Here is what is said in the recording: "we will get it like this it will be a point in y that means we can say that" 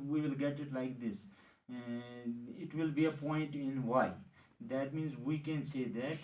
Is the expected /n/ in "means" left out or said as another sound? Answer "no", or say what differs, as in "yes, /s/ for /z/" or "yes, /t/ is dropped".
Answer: no